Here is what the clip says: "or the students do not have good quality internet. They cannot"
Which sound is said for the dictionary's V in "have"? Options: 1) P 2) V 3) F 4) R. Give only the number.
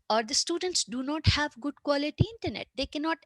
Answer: 2